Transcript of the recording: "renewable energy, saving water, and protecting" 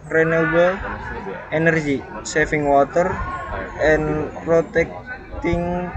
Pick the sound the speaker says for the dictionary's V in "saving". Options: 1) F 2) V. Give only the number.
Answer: 1